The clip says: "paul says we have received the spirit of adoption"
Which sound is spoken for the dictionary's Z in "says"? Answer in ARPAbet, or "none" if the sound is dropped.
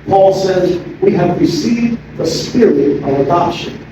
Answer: Z